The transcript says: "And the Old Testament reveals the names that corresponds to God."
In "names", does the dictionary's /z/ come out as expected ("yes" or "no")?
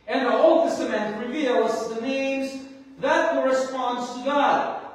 yes